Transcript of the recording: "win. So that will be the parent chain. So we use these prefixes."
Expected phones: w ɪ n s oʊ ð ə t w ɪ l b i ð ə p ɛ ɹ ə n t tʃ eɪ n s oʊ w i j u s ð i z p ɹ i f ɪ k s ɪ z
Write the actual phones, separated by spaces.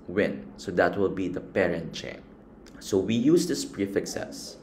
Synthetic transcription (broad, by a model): w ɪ n s oʊ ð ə t w ɪ l b i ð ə p ɛ ɹ ə n t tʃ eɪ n s oʊ w i j u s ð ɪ s p ɹ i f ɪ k s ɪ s